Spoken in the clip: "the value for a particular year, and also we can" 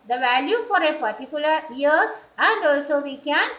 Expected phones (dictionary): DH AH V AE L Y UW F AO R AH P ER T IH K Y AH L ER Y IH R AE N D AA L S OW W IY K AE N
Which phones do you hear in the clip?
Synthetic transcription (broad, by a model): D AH V AE L Y UW F AO R AH P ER T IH K Y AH L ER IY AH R AE N D AA L S OW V IY K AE N